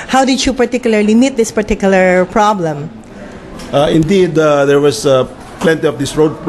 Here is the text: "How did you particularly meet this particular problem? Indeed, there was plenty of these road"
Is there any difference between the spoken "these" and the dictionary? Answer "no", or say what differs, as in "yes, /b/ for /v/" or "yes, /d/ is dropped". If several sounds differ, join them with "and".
yes, /s/ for /z/